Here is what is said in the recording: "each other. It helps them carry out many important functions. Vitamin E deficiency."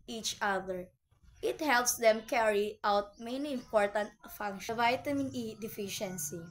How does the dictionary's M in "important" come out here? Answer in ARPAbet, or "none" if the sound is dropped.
M